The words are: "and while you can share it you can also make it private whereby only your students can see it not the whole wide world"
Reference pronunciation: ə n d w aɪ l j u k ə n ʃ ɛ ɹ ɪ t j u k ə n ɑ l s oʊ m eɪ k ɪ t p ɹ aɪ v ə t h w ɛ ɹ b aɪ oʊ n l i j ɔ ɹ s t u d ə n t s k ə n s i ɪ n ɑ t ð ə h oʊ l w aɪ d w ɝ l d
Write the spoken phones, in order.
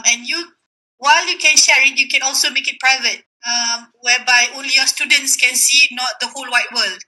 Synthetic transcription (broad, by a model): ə n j w aɪ l j u k ə n ʃ ɛ ɹ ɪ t j u k ə n ɑ l s oʊ m eɪ k ɪ t p ɹ aɪ v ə t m w ɛ b aɪ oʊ l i j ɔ s t u d ə n t s k ə n s i n ɑ t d ə h oʊ l w aɪ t w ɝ l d